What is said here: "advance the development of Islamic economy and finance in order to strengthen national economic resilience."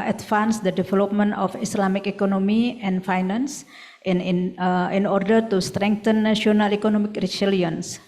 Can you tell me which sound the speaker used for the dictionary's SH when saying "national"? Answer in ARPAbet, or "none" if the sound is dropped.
none